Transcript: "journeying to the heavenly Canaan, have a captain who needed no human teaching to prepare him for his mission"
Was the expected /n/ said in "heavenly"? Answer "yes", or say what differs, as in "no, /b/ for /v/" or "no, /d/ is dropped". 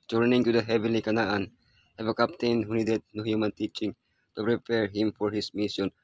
no, /n/ is dropped